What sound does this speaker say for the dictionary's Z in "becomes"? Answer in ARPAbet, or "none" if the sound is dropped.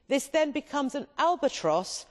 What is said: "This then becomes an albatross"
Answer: Z